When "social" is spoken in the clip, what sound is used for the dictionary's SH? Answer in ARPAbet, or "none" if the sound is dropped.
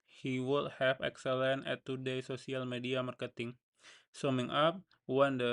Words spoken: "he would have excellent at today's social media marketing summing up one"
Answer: S